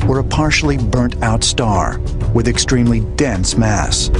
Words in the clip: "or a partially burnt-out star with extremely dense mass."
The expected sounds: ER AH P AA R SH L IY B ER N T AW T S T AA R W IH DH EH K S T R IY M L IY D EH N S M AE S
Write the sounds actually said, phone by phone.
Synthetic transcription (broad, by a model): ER AH P AA R SH L IY B ER N T AW T S T AA R W IH DH EH K S T R IY M L IY D EH N S M AE S